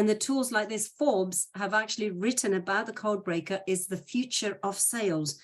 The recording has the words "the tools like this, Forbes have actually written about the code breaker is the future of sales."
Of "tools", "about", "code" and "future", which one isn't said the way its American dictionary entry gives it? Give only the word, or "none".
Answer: none